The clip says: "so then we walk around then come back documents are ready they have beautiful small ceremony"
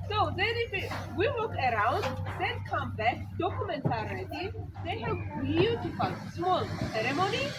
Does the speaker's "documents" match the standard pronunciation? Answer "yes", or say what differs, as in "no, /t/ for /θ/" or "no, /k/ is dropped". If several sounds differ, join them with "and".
no, /s/ is dropped